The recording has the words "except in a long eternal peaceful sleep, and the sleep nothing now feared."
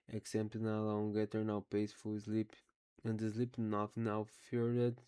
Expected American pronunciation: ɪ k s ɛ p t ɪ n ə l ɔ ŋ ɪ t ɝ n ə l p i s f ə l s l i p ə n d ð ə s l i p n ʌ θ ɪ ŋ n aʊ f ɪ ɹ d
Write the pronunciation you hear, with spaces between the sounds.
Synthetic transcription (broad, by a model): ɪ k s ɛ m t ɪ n ə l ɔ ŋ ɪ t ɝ n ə w p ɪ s f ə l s l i p ə n d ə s l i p n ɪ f n aʊ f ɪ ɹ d